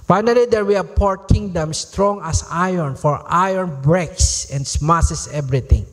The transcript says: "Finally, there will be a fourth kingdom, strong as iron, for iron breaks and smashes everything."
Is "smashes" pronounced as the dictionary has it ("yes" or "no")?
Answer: no